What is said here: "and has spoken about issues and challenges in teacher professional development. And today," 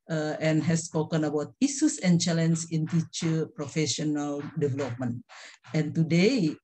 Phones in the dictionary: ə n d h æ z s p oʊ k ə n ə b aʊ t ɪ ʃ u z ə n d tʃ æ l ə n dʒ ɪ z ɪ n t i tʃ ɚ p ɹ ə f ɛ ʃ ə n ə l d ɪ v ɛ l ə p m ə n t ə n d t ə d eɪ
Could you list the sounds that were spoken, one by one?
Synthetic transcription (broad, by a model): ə n h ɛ s p oʊ k ə n ə b aʊ t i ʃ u s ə n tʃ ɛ l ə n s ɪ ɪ n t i tʃ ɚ p ɹ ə f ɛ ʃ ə n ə l d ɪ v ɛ l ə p m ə n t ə n t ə d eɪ